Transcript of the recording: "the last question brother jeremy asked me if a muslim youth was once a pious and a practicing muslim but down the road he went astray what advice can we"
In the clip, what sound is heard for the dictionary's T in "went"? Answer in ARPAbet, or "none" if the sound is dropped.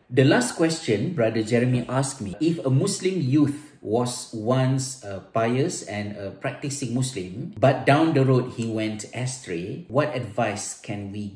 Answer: T